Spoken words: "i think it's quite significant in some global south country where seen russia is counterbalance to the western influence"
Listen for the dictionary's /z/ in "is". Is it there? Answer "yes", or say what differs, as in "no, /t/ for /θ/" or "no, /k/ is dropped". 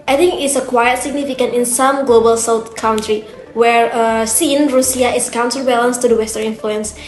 no, /s/ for /z/